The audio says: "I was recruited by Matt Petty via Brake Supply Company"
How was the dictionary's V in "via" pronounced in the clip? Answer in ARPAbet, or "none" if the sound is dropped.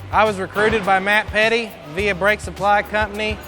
V